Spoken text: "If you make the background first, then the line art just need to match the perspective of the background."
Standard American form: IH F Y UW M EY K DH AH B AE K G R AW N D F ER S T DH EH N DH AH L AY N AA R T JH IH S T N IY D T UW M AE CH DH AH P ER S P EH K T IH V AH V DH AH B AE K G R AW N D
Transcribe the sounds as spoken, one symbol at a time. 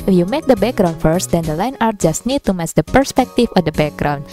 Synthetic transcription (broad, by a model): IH F Y UW M EY K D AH B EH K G R AW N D F ER S T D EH N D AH L AY N AA R T JH IH S T N IY D T UW M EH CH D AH P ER S P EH K T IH F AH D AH B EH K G R AW N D